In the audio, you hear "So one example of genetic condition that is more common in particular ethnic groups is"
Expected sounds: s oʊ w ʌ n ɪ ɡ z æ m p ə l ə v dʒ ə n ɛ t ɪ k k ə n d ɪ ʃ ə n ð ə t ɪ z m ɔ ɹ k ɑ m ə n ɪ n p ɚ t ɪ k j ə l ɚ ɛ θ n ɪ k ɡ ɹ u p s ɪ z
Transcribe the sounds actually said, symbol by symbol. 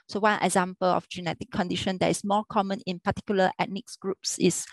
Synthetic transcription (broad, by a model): s oʊ w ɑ n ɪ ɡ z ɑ m p ə l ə f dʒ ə n ɛ t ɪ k k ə n d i ʃ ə n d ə t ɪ s m ɔ k ɑ m ə n ɪ n p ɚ t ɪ k j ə l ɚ ɛ t n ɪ k ɡ ɹ u p s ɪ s